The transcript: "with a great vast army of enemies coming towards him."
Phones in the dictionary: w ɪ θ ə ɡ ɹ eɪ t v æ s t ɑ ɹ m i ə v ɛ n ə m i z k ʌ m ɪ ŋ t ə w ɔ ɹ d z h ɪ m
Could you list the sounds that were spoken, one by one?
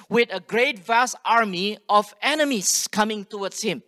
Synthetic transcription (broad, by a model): w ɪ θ ə ɡ ɹ eɪ t v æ s t ɑ ɹ m i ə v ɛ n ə m i s k ʌ m ɪ ŋ t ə w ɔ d s h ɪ m